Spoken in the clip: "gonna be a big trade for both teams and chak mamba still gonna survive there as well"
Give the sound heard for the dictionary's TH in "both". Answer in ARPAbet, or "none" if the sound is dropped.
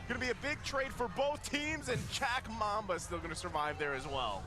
TH